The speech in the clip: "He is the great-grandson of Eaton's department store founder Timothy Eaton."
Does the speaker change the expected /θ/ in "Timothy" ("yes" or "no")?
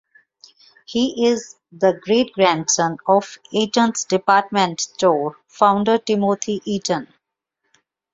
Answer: yes